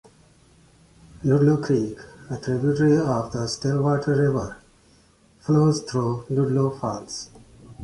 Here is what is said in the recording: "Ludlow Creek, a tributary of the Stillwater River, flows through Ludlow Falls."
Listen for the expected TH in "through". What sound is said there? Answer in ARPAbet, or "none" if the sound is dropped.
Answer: T